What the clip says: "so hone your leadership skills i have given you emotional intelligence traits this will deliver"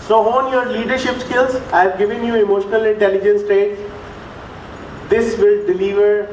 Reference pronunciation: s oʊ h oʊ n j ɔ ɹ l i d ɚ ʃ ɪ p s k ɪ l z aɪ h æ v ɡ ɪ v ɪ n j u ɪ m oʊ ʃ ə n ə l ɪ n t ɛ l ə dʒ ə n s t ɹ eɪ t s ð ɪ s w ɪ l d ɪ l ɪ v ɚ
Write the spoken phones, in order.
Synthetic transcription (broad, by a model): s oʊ h oʊ n j ɔ ɹ l i d ɚ ʃ ɪ p s k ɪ l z h æ v ɡ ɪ v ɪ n j u ɪ m oʊ ʃ ə n ə l ɪ n t ɛ l ə dʒ ə n s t eɪ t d ɪ s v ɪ l d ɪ l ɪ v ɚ